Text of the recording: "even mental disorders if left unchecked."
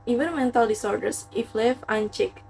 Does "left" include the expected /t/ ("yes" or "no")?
no